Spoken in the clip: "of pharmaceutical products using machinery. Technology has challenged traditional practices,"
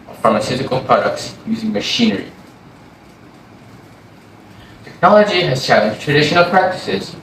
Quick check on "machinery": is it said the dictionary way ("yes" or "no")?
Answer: yes